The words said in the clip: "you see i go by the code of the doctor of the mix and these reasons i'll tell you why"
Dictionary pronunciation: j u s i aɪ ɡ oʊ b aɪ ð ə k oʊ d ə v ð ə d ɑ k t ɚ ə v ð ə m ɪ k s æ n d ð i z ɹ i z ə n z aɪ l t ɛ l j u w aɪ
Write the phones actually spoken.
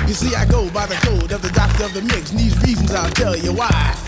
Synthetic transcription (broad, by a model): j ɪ s i aɪ ɡ oʊ b aɪ ð ə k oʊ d ə v ð ə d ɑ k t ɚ ə v ð ə m ɪ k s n ð i z ɹ i z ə n z aɪ l t ɛ l j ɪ w aɪ